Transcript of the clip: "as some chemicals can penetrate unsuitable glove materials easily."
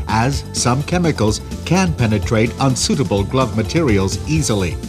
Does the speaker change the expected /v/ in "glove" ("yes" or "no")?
no